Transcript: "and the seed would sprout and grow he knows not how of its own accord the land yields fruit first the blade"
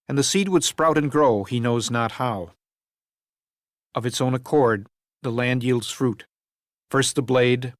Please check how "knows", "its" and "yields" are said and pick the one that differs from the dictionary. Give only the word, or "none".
none